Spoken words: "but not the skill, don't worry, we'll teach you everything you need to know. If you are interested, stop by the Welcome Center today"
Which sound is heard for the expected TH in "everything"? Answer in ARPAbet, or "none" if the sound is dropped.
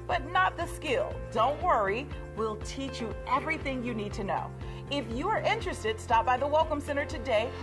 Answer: TH